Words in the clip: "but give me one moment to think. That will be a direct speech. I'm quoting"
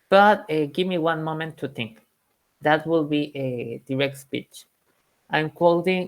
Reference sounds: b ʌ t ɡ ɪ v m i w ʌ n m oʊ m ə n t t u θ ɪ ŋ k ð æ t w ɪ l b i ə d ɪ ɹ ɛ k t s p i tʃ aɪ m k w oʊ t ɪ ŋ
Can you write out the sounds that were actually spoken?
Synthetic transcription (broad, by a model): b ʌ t ɡ ɪ v m i w ʌ n m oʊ m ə n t t u θ ɪ ŋ k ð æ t w ɪ l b i ə d ɪ ɹ ɛ k t s p i tʃ aɪ m k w oʊ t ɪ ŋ